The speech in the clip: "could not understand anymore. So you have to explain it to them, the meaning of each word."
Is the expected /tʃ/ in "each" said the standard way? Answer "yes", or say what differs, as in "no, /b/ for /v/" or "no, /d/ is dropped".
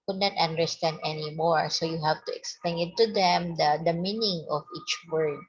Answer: yes